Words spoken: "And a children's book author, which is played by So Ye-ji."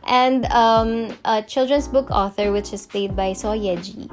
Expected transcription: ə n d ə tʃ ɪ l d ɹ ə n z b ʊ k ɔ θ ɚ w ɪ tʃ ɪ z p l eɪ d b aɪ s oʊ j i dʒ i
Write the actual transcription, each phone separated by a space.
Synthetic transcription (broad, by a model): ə n d ə tʃ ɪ l d ɹ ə n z b ʊ k ɔ θ ɚ w ɪ tʃ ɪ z p l eɪ d b aɪ s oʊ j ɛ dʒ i